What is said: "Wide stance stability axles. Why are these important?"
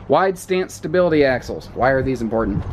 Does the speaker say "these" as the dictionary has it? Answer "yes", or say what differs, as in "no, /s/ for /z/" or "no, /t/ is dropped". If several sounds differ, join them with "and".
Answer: yes